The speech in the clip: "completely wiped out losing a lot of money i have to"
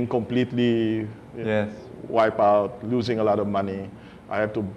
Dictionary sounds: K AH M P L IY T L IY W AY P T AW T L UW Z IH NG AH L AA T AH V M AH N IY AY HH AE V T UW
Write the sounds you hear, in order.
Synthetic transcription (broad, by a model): K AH M P L IY T L IY W AY P AW T L UW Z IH NG AH L AA T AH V M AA N IY AY HH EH F T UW